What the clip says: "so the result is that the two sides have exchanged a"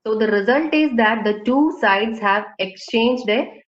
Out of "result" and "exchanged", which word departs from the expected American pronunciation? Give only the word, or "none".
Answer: none